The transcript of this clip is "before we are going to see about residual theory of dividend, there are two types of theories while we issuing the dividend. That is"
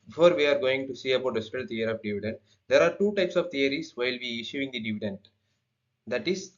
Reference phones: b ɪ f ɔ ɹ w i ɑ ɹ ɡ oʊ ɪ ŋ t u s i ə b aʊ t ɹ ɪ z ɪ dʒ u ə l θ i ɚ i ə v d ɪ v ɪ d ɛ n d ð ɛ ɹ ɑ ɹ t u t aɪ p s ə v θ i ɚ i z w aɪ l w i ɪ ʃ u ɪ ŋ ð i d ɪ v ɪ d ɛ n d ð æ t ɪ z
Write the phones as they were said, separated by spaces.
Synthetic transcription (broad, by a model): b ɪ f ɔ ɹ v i ɑ ɹ ɡ oʊ ɪ ŋ t u s i ə b aʊ t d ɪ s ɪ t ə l t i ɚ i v d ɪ v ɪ d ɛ n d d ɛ ɹ ɑ ɹ t u t aɪ p s ə v t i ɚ i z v aɪ l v i ɪ ʃ u ɪ ŋ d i d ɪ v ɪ d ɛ n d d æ t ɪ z